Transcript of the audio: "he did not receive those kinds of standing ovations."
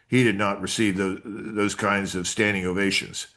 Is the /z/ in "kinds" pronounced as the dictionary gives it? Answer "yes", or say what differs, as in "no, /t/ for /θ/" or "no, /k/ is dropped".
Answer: yes